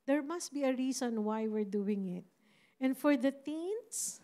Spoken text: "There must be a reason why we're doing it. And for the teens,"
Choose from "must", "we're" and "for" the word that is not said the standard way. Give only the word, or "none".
none